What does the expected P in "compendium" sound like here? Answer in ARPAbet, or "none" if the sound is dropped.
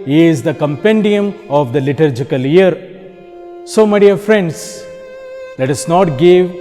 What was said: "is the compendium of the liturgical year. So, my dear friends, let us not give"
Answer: P